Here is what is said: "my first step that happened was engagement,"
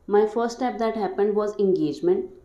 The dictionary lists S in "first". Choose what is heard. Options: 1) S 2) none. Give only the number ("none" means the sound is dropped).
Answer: 2